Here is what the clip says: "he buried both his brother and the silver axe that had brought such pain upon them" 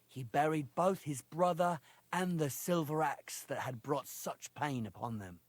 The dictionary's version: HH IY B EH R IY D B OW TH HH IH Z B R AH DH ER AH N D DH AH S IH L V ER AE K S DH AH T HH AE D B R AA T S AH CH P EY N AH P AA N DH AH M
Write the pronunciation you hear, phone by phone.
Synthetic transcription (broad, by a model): HH IY B EH R IY D B OW TH HH IH Z B R AH DH ER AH N DH AH S IH L V ER AE K S DH AH T HH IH D B R AA T S AH CH P EY N AH P AA N DH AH M